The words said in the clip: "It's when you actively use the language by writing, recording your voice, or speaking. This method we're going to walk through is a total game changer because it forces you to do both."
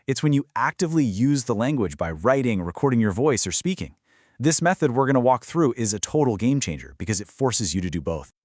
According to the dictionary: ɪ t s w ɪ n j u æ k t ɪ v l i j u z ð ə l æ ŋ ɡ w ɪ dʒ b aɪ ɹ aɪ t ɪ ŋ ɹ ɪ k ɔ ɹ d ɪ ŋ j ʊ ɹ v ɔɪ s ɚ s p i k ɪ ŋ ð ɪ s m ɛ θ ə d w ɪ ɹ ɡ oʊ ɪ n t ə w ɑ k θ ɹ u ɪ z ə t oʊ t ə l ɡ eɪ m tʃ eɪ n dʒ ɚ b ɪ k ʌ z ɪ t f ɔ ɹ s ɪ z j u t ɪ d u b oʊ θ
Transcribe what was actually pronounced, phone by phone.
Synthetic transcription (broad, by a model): ɪ t s w ɪ n j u æ k t ɪ v l i j u z ð ə l æ ŋ ɡ w ɪ dʒ b aɪ ɹ aɪ t ɪ ŋ ɹ ɪ k ɔ ɹ d ɪ ŋ j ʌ ɹ v ɔɪ s ɚ s p i k ɪ ŋ ð ɪ s m ɛ θ ə d w ɪ ɹ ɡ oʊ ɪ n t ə w ɑ k θ ɹ u ɪ z ə t oʊ t l ɡ eɪ m tʃ eɪ n dʒ ɚ b ɪ k ʌ z ɪ t f ɔ ɹ s ɪ z j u t ɪ d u b oʊ θ